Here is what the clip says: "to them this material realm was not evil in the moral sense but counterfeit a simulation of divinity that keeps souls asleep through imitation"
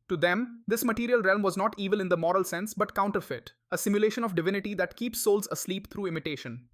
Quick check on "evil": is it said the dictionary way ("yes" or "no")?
yes